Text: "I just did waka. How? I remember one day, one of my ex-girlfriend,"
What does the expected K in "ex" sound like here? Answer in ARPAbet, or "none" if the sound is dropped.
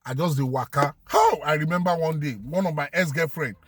none